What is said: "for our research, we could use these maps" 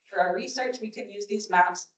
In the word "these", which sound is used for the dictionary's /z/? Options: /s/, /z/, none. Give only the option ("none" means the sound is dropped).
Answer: /z/